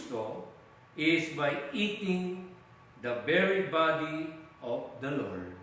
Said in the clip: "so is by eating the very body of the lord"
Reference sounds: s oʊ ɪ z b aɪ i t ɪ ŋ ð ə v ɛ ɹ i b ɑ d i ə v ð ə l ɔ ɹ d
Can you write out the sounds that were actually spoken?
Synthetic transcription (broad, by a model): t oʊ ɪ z b aɪ i t ɪ ŋ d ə b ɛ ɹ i b ɑ d i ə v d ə l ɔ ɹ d